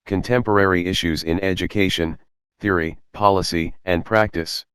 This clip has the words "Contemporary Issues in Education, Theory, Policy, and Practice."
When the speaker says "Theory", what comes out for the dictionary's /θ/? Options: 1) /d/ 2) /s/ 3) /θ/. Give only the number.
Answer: 3